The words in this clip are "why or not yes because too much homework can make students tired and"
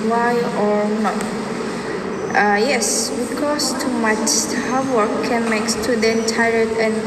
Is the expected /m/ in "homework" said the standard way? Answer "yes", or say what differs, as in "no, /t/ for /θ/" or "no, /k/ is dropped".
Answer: no, /m/ is dropped